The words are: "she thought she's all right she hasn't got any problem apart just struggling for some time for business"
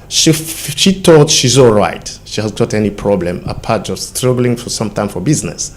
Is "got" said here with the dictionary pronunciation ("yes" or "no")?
yes